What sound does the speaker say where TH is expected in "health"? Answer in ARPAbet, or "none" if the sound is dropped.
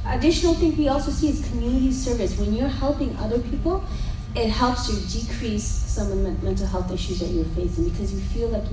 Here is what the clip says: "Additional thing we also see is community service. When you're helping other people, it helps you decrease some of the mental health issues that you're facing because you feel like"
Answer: TH